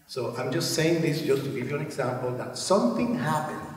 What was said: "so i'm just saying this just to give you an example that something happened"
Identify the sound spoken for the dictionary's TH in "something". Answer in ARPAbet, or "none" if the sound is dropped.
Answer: TH